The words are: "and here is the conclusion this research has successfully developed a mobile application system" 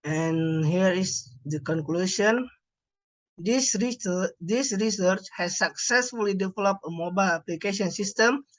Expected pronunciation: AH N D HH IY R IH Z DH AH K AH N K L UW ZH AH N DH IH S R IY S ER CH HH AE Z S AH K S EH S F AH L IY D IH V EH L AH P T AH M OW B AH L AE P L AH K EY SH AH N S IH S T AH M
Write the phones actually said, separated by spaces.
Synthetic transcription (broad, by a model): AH N HH IY R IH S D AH K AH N K L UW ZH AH N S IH S R IY S ER CH HH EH S AH K S EH S F AH L IY D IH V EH L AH P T AH M OW B AH L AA P L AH K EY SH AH N S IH S T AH M